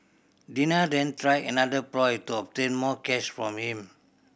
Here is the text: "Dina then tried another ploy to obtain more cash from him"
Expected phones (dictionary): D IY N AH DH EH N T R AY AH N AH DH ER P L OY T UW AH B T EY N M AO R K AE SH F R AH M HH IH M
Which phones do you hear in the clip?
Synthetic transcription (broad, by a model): D IY N AH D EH N T R AY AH N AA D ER P L OY T UW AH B T EY N M AO K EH S F R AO M HH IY M